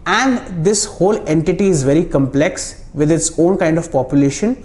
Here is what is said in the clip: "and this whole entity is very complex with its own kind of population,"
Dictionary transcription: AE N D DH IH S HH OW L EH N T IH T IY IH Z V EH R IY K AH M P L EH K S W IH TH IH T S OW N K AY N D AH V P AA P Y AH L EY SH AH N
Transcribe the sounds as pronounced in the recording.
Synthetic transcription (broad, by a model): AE N D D IH S HH OW L EH N T IH T IY IH Z V EH R IY K AH M P L EH K S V IH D IH T S OW N K AY N D AH V P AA P Y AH L EY SH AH N